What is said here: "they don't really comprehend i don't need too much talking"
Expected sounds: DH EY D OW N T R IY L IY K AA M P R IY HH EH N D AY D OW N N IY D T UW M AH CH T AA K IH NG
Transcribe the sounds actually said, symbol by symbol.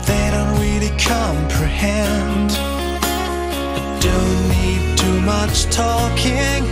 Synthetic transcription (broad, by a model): DH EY D OW N T R IY L IY K AA M P R IY HH EH N D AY D OW N N IY D T UW M AH CH T AA K IH NG